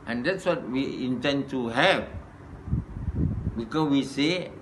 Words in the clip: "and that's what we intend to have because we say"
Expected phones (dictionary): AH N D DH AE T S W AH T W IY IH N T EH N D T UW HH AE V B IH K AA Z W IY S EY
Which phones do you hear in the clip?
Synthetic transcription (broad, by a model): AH N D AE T S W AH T W IY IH N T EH N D T UW HH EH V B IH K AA W IY S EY